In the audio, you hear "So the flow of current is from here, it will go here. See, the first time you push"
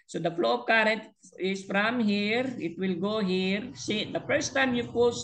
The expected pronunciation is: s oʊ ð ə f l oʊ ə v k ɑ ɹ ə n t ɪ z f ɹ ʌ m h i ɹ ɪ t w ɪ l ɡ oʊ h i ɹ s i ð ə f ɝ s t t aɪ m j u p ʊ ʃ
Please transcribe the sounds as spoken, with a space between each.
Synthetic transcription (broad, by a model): s oʊ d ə f l oʊ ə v k ɑ ɹ ə n t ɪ s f ɹ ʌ m h i ɹ ɪ t w ɪ l ɡ oʊ h i ɹ s i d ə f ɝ s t t aɪ m j u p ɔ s